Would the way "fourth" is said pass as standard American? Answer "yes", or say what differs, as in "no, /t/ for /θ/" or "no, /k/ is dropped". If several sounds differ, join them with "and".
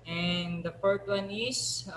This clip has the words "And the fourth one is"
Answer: no, /t/ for /θ/